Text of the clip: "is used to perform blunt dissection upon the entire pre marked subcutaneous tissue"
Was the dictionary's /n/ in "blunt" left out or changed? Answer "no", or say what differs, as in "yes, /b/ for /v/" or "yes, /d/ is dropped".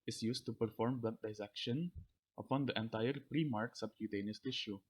yes, /n/ is dropped